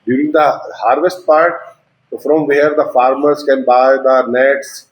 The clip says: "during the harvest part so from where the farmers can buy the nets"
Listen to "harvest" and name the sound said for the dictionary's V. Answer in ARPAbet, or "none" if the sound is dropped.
V